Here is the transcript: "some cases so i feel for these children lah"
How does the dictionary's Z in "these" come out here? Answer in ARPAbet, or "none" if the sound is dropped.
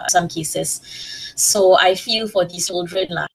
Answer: none